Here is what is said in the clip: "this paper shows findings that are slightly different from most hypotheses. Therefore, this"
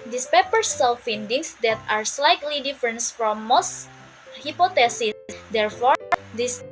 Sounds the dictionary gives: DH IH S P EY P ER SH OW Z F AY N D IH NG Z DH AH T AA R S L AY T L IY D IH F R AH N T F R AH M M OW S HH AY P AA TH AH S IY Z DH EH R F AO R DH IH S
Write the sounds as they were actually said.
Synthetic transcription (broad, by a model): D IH S P EY P ER S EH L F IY N D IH NG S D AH T AA R S L AY T L IY D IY F R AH N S F R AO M M OW S HH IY P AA T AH S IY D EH R F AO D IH S